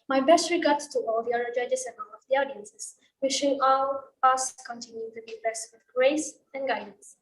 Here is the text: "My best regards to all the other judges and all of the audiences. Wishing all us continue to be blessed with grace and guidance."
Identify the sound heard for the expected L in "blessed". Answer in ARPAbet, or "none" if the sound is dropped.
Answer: none